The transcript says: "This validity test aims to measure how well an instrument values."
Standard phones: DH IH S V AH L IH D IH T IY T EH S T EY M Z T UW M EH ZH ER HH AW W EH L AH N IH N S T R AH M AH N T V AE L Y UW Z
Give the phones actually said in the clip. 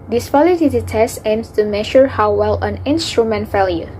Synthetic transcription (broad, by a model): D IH S P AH L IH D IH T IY T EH S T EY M S T UW M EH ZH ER HH AW W EH L AH N IH N S T R AH M AH N T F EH L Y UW